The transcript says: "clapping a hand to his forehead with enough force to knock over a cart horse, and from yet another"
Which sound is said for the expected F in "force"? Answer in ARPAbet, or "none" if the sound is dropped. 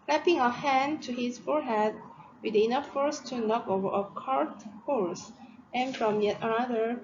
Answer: F